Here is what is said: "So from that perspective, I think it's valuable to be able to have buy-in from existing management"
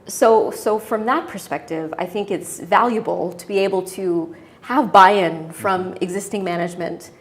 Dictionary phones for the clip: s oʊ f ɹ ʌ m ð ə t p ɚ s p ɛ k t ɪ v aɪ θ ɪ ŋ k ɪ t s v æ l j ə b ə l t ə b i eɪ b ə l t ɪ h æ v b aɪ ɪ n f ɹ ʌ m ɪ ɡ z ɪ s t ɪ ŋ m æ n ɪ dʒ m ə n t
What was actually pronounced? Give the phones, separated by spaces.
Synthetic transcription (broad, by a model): s oʊ f ɹ ʌ m ð ə t p ɚ s p ɛ k t ɪ v aɪ θ ɪ ŋ k ɪ t s v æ l j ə b l t ə b i eɪ b l t ɪ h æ v b aɪ ɪ n f ɹ ʌ m ɪ ɡ z ɪ s t ɪ ŋ m æ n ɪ dʒ m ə n t